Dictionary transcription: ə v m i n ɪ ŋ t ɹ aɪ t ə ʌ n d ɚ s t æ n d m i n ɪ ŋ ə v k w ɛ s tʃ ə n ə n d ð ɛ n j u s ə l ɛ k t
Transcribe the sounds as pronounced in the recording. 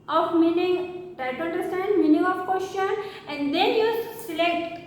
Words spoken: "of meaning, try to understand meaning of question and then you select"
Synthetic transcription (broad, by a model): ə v m i n ɪ ŋ t aɪ t ə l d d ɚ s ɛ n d m i n ɪ ŋ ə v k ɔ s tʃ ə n ə n d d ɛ n j u s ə l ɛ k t